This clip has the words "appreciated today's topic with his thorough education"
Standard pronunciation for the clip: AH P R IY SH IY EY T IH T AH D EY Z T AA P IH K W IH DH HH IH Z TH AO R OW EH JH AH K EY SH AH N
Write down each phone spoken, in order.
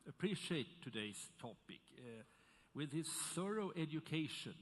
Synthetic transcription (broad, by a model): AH P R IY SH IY EY IH T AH D EY S T AA P IH K W IH DH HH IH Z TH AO R OW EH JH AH K EY SH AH N